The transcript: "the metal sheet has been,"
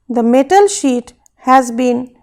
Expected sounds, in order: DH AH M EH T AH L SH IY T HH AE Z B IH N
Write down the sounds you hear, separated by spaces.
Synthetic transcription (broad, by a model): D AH M EH T AH L SH IY T HH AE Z B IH N